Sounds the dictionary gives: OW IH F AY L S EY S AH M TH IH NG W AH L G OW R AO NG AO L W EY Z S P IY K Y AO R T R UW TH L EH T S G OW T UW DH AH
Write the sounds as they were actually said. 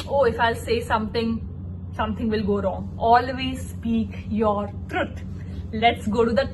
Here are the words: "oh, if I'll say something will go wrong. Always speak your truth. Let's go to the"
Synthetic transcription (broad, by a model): OW IH F AY L S EY S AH M T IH NG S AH L G OW R AO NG AO L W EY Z S P IY K Y AO R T R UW T L EH T S G OW T UW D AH